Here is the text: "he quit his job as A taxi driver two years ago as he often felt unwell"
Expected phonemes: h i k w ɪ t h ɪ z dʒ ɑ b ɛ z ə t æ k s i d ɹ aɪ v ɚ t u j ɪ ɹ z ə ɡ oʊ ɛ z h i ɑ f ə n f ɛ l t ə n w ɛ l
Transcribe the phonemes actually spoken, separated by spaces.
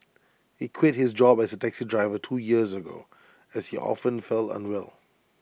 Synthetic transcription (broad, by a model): h i k w ɪ t h ɪ z dʒ ɑ b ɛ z ə t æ k s i d ɹ aɪ v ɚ t u j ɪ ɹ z ə ɡ oʊ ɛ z h i ɑ f ə n f ɛ l ə n w ɛ l